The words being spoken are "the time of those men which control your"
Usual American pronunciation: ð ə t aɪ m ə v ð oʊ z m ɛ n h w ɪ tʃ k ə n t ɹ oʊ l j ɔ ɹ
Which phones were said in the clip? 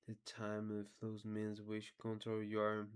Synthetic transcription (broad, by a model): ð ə t aɪ m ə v ð oʊ z m ɛ n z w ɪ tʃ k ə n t oʊ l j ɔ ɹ